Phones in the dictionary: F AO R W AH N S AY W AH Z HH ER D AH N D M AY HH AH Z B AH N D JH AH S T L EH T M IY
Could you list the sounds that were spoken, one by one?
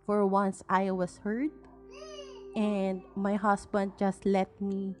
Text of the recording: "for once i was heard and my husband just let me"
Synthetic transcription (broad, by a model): F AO R W AH N S AY W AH S HH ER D AH N D M AY HH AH S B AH N D JH AH S T L EH T M IY